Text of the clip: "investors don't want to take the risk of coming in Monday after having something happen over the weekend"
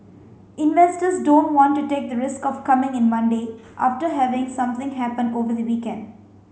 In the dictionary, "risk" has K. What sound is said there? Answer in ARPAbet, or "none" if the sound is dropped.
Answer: K